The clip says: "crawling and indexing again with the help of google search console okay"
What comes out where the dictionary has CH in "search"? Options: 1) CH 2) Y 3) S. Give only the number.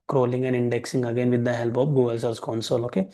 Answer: 3